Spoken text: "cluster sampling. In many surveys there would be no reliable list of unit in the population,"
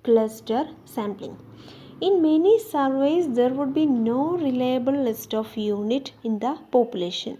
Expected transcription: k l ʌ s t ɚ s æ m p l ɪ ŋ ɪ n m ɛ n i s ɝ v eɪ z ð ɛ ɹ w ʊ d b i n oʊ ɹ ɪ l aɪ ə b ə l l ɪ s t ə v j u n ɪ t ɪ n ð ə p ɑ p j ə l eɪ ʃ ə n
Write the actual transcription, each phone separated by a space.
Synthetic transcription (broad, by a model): k l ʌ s t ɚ s æ m p l ɪ ŋ ɪ n m ɛ n i s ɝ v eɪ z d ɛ ɹ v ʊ d b i n oʊ ɹ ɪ l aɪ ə b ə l l ɪ s t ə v j u n ɪ t ɪ n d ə p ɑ p j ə l eɪ ʃ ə n